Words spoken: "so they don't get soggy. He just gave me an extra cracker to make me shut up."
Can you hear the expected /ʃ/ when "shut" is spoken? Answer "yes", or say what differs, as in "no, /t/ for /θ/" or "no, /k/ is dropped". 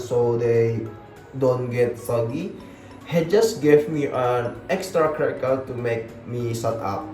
no, /s/ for /ʃ/